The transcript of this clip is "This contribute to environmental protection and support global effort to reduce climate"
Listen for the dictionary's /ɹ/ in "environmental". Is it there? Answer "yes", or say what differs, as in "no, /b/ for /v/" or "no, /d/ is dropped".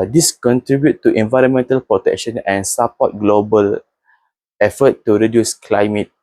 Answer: yes